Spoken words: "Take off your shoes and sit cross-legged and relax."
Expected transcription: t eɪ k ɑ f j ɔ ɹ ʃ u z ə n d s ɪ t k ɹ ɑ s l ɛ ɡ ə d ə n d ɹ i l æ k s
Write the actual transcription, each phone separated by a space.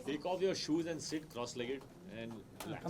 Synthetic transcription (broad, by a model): t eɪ k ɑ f j ɔ ɹ ʃ u z ə n d s ɪ t k ɹ ɑ s l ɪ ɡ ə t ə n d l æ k